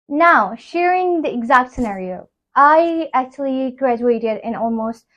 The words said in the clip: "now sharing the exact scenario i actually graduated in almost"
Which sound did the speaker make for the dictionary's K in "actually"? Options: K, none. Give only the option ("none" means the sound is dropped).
K